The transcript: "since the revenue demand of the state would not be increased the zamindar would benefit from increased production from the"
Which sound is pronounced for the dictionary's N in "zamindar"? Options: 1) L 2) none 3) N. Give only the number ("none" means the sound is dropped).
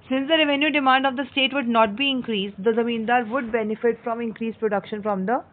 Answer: 3